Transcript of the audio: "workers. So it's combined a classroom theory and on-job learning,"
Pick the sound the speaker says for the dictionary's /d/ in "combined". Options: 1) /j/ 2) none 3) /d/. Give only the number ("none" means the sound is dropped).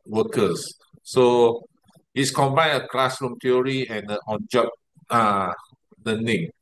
2